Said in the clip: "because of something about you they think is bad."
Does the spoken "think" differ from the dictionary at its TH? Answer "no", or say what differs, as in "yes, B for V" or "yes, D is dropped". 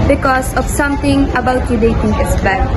yes, T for TH